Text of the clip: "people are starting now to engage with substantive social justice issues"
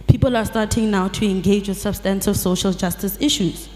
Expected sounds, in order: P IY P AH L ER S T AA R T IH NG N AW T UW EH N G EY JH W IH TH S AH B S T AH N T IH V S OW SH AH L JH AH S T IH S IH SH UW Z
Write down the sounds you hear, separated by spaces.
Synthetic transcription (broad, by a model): P IY P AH L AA S T AA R T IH NG N AW T UW EH N G EY JH W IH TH S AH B S T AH N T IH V S OW SH AH L JH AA S T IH S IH SH UW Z